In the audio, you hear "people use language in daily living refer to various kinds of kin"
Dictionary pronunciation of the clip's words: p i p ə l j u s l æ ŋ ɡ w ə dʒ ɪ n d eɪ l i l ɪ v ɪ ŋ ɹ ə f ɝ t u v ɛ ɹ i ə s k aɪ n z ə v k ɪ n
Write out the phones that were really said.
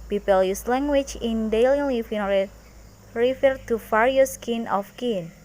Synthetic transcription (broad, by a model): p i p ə l j u s l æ ŋ ɡ w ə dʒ ɪ n d eɪ l i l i f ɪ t ɹ ə f ɝ t u f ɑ ɹ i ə s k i n ə f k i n